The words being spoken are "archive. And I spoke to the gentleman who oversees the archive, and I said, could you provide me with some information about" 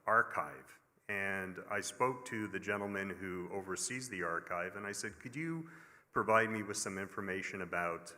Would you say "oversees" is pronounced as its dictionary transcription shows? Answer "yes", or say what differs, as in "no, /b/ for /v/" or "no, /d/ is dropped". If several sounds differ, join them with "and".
yes